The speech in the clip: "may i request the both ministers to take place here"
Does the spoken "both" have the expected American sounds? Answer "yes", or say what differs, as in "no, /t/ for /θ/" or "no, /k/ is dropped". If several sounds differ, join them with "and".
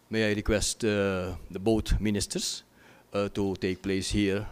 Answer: no, /t/ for /θ/